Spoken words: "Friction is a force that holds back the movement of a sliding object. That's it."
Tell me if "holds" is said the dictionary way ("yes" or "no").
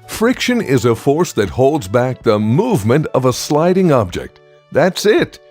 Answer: yes